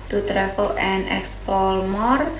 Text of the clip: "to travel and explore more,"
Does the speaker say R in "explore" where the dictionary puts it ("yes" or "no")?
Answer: no